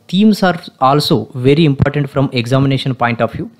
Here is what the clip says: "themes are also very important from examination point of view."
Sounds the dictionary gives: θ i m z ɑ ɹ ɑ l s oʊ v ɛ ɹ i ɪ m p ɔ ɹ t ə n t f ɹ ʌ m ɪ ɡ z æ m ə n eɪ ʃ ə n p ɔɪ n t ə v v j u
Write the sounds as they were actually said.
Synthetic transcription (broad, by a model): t i m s ɑ ɹ ɑ l s oʊ v ɛ ɹ i ɪ m p ɔ ɹ t ə n t f ɹ ʌ m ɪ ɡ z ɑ m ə n eɪ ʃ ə n p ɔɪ n t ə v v j u